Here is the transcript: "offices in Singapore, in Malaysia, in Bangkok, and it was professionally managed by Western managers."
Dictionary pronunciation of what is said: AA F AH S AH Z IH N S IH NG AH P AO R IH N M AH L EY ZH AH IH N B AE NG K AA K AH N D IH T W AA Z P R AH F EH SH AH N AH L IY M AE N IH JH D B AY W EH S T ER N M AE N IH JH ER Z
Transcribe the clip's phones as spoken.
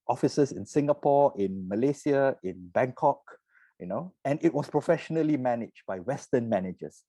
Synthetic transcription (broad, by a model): AA F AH S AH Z IH N S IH NG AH P AO IH N M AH L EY S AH IH N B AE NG K AA K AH N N IH T W AA S P R AH F EH SH AH N AH L IY M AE N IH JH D B AY W EH S T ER N M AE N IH JH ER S